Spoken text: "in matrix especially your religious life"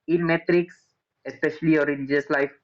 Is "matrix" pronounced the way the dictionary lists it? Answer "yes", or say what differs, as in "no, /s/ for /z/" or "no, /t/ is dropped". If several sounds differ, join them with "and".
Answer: yes